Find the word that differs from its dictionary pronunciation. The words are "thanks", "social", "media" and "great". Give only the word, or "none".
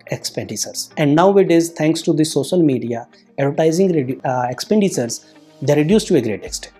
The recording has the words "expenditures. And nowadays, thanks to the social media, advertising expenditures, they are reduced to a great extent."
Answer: thanks